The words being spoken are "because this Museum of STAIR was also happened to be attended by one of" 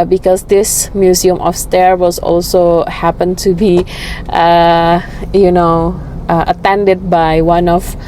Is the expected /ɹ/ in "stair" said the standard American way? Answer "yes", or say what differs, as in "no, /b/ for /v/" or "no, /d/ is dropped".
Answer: yes